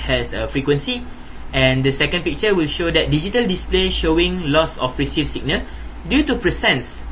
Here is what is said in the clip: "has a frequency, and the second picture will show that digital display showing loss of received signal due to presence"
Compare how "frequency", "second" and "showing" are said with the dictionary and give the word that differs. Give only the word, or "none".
none